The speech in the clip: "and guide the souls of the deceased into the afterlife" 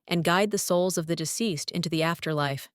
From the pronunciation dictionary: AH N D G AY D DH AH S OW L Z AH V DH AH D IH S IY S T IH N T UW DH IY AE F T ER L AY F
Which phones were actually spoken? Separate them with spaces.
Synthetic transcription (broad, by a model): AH N G AY D DH AH S OW L Z AH V DH AH D IH S IY S T IH N T UW DH IY AE F T ER L AY F